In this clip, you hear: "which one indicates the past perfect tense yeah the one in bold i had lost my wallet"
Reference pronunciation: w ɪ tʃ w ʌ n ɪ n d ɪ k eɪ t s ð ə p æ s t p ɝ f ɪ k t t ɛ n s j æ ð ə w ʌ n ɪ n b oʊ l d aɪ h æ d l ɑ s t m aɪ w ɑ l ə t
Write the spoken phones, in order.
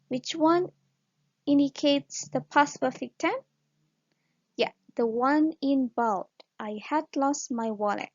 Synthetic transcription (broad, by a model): w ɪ tʃ w ʌ n ɪ n d ɪ k eɪ t s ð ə p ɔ s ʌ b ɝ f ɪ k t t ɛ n j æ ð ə w ʌ n ɪ n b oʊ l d aɪ h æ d l ɑ s t m aɪ w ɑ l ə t